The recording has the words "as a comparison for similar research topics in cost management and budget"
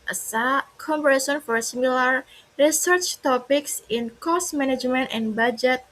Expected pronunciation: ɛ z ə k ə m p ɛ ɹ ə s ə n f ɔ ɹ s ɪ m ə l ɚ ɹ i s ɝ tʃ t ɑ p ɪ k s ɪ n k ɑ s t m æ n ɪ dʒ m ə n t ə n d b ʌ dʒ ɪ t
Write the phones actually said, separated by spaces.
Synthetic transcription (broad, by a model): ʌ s ə k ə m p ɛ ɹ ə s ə n f ɔ ɹ s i m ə l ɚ ɹ i s ɝ tʃ t ɑ p ɪ k s ɪ n k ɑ s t m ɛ n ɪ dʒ m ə n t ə n b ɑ dʒ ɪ t